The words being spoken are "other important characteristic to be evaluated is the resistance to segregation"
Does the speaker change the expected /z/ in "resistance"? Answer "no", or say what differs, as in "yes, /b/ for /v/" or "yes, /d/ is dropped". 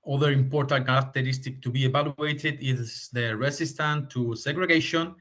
yes, /s/ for /z/